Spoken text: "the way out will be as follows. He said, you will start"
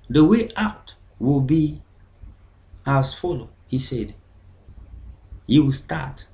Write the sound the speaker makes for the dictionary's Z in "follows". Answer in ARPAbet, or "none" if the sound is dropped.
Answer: none